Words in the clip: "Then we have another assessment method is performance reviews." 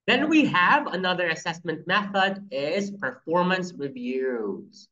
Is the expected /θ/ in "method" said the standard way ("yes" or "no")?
yes